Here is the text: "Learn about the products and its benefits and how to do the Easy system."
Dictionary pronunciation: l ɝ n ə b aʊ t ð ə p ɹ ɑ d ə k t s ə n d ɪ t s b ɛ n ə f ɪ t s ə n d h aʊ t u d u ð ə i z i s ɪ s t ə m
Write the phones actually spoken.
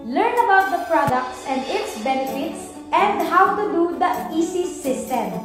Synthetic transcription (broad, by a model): l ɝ n ə b aʊ t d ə p ɹ ɑ d ə k t s ə n d ɪ t s b ɛ n ə f ɪ t s ə n d h aʊ t u d u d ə i s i s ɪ s t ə m